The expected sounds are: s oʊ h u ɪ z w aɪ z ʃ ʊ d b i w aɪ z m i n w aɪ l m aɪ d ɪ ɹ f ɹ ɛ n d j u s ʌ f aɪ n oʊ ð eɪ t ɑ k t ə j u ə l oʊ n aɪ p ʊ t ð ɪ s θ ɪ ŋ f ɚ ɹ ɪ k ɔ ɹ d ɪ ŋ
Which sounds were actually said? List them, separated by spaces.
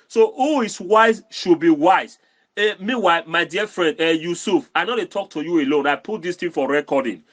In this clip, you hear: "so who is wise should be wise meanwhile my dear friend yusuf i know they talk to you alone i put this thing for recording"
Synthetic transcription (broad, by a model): s oʊ h u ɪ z w aɪ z ʃ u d b i w aɪ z m i w aɪ m aɪ d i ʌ f ɹ ɛ n d j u s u f aɪ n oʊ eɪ t ɑ k t ə j u ə l oʊ n aɪ p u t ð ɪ s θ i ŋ f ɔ ɹ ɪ k ɔ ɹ d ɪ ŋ